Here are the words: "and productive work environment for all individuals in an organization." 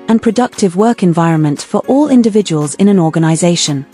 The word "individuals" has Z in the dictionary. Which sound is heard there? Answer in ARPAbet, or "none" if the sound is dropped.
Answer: Z